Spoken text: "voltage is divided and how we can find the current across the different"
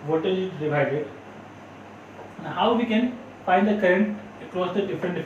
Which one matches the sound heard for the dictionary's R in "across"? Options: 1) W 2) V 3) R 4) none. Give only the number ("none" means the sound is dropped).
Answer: 3